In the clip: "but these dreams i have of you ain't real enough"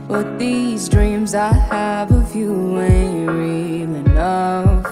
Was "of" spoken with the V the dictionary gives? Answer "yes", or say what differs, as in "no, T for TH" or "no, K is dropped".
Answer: no, F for V